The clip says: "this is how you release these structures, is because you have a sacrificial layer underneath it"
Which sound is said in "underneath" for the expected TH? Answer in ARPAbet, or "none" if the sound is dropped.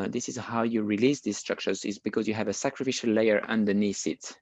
S